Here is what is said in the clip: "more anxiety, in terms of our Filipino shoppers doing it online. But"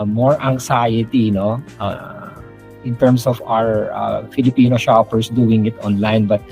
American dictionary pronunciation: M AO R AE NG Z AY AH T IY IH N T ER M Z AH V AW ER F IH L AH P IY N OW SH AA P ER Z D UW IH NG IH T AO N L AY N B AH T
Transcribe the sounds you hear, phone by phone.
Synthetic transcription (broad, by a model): M AO R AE NG S AY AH T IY IH N T ER M S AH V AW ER F IH L AH P IY N OW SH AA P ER S D UW IH NG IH T AO N L AY N B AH T